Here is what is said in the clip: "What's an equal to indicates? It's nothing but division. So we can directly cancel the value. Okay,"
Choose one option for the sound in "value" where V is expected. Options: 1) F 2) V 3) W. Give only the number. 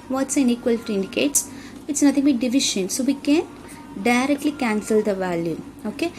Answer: 2